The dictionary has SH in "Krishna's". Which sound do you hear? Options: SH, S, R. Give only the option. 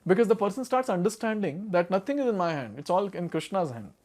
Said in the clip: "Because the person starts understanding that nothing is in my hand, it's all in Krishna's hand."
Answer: SH